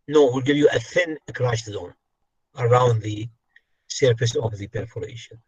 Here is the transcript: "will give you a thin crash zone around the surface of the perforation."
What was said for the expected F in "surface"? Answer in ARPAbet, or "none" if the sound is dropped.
P